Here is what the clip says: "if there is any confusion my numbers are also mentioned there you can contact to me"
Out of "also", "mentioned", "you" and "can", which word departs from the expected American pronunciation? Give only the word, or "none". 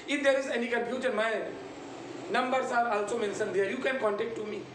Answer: mentioned